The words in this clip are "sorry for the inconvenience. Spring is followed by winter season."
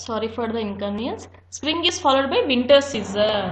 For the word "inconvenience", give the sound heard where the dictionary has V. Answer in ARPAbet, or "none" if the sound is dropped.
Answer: none